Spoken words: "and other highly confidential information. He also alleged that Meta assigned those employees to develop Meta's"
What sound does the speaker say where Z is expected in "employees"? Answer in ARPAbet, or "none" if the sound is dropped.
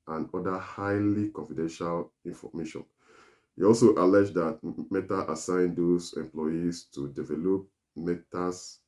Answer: S